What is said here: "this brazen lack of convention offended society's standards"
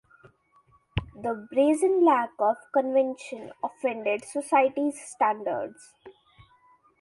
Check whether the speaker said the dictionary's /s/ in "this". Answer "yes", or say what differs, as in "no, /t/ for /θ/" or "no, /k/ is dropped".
no, /s/ is dropped